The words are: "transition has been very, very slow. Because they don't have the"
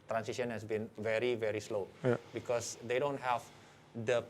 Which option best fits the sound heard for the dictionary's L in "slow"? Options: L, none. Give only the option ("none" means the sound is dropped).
L